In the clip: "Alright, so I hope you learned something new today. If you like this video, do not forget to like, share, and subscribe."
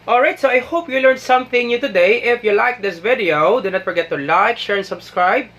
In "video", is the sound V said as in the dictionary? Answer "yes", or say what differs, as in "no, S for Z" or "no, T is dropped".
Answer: yes